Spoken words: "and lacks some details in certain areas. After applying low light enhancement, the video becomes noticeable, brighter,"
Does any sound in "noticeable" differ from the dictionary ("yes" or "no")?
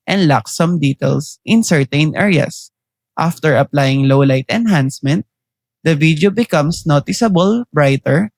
no